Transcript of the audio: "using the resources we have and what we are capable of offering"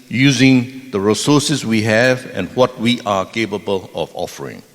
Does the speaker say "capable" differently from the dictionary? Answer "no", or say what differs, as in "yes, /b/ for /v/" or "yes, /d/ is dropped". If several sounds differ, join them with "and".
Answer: no